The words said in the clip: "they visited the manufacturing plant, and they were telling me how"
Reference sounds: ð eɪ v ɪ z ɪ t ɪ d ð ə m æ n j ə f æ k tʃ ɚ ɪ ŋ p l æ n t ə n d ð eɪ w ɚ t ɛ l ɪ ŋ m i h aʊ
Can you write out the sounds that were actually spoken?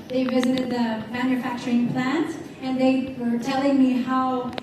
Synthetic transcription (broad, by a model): ð eɪ v ɪ z ɪ t ɪ d ð ə m æ n j ə f æ k tʃ ɚ ɪ ŋ p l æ n t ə n ð eɪ w ɚ t ɛ l ɪ ŋ m i h aʊ